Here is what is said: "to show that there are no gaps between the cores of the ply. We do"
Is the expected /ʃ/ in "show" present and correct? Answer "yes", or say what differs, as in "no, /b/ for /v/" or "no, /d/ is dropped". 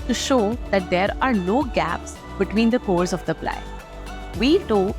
yes